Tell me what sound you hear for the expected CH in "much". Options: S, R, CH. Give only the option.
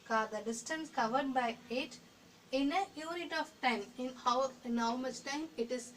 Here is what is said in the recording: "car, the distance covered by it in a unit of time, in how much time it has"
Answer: S